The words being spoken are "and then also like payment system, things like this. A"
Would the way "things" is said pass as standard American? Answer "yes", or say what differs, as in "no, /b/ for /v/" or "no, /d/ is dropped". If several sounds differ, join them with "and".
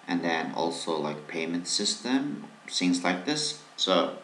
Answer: no, /s/ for /θ/